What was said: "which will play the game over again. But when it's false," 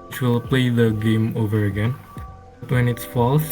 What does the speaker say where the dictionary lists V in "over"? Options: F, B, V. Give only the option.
V